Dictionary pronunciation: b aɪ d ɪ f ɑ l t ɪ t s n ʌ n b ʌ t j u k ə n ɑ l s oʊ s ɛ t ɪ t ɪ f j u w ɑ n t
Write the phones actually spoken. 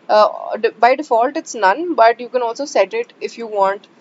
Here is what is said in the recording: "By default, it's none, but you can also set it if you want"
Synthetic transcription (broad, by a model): b aɪ d ɪ f ɑ l t ɪ t s n ʌ n b ʌ t j u k ə n ɑ l s oʊ s ɛ t ɪ t ɪ f j u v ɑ n t